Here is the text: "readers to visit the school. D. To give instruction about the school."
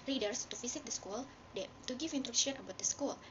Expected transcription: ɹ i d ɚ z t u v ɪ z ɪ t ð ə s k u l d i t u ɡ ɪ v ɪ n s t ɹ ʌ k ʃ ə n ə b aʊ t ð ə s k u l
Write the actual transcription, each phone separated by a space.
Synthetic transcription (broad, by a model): ɹ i d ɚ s t u f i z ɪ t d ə s k u l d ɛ t u ɡ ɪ f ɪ n t ɹ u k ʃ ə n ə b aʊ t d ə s k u l